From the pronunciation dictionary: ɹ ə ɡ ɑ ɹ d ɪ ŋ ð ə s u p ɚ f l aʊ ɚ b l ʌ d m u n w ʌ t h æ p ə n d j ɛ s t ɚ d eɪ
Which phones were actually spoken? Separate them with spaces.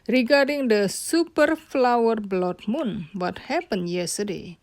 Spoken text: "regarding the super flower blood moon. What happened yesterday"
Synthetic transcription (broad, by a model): ɹ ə ɡ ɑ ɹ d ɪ ŋ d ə s u p ɚ f l aʊ ɚ b l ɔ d m u n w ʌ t h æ p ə n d j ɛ s t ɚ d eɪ